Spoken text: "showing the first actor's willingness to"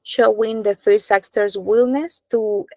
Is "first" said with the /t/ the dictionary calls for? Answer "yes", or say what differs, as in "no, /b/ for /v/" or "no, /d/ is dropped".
no, /t/ is dropped